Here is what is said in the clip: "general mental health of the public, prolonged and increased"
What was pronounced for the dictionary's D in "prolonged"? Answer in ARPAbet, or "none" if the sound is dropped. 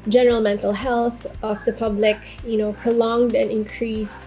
D